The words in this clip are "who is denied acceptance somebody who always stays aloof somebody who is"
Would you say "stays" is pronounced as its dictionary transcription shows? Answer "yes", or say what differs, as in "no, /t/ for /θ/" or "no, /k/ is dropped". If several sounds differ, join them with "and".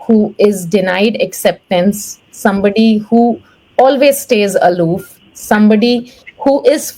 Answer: yes